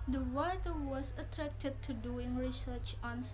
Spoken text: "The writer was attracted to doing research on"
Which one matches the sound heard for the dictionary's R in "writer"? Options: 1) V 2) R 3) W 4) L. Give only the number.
3